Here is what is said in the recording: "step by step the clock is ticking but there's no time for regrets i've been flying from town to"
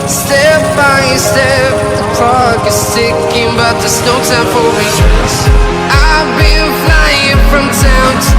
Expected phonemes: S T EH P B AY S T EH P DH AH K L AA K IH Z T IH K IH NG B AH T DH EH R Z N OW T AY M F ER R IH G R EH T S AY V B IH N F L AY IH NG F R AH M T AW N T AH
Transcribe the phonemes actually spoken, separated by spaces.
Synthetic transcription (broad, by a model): S T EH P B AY S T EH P DH AH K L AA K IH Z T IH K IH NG B AH T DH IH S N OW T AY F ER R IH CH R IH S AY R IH L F L AY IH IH F R AH M T AW N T